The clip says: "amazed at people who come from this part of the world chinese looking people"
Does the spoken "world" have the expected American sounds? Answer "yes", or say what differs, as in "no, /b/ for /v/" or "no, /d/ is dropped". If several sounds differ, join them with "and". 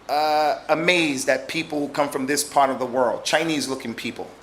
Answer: yes